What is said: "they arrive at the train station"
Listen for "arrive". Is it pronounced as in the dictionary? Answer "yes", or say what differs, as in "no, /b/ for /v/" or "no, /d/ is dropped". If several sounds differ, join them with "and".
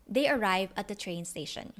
yes